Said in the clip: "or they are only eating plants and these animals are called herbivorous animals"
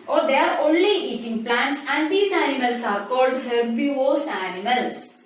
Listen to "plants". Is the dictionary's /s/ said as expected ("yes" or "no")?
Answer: yes